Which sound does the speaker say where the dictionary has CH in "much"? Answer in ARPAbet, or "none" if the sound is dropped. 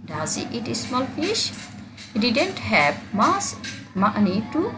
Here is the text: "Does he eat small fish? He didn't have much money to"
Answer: S